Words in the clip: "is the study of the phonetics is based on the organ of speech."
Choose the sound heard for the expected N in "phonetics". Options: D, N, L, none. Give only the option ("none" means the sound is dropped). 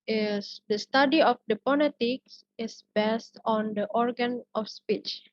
L